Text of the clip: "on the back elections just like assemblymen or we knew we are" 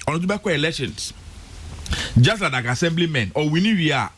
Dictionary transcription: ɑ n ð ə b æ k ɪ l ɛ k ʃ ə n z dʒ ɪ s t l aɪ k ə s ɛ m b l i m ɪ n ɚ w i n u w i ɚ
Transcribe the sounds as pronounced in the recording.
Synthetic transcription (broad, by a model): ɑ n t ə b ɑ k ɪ l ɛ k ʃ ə n s dʒ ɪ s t l aɪ k ə s ɛ m b l i m ɪ n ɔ w i n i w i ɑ